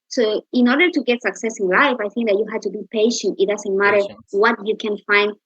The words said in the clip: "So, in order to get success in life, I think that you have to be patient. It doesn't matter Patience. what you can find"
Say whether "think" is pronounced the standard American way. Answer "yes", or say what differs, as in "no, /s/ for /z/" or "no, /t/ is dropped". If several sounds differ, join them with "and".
yes